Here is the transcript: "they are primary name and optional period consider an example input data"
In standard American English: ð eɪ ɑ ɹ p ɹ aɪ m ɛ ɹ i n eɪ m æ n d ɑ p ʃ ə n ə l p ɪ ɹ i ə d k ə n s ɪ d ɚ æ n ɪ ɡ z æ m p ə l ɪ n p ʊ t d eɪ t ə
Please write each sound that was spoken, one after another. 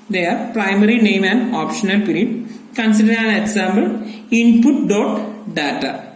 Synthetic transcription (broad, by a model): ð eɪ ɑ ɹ p ɹ aɪ m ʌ ɹ i n eɪ m æ n d ɑ p ʃ ə n ə l p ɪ ɹ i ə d k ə n s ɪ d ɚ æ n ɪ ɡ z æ m b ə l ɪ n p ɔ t d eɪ t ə